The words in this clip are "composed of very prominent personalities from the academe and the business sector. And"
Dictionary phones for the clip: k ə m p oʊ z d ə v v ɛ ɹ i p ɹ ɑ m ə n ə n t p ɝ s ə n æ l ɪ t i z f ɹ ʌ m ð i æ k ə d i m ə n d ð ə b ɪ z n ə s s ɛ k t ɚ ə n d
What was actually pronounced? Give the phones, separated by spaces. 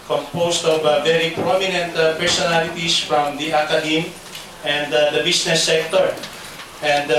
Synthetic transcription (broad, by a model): k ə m p oʊ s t ə v v ɛ ɹ i p ɹ ɑ m ə n ə n t p ɝ s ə n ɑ l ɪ t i s f ɹ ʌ m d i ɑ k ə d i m ə n d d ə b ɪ s n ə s s ɛ k t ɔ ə n d